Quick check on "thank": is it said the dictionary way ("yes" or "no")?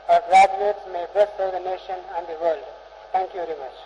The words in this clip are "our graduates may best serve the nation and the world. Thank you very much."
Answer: no